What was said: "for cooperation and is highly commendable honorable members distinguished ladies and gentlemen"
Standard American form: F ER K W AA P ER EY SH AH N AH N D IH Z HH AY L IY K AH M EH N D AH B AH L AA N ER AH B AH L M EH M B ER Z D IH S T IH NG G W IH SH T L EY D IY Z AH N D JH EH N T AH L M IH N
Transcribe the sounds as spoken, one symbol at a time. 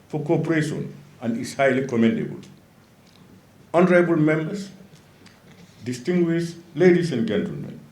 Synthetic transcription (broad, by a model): F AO K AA P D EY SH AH N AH N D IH S HH AY L IY K AH M EH N D AH B AH L AA N ER AH B AH L M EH M B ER S D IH S T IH NG G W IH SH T L EY D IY S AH N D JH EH N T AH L M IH N